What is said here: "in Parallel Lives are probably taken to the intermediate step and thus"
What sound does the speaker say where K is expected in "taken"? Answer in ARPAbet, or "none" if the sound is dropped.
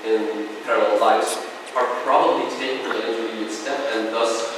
none